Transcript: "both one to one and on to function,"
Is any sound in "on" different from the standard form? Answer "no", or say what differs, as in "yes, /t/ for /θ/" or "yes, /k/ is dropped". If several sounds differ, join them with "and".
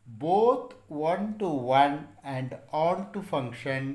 yes, /l/ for /n/